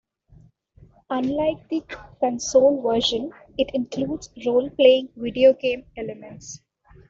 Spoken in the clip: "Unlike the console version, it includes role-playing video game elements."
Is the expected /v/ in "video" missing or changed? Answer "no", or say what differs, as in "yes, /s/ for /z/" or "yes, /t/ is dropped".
no